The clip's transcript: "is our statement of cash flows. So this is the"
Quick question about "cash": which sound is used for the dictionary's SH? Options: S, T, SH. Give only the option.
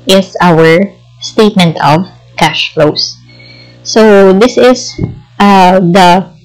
SH